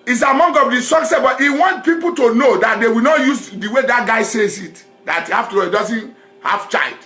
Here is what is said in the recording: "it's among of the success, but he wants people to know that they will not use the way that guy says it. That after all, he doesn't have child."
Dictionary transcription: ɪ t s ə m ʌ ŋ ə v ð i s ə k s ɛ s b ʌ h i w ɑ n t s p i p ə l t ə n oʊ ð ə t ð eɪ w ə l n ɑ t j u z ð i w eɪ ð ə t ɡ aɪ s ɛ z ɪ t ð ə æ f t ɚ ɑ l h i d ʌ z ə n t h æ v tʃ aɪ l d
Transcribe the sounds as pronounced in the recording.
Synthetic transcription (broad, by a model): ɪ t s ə m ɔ ŋ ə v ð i s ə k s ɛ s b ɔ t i w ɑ n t p i p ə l t ə n oʊ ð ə t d eɪ w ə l n ɑ t j u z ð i w eɪ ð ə t ɡ aɪ s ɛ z ɪ t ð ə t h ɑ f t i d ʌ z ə n t h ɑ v tʃ aɪ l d